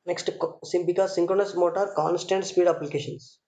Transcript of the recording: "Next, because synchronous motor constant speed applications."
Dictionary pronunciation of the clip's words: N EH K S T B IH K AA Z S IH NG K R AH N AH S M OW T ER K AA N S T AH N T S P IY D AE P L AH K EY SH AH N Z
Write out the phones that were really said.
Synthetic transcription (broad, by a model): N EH K S T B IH K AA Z S IH NG K R AH N AH S M OW T ER K AA N S T AH N T S P IY D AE P L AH K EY SH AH N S